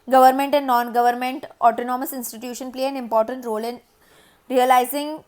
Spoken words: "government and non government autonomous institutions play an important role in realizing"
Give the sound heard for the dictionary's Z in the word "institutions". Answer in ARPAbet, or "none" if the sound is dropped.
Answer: none